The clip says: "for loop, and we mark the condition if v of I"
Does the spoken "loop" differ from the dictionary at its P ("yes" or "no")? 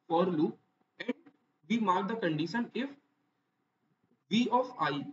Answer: yes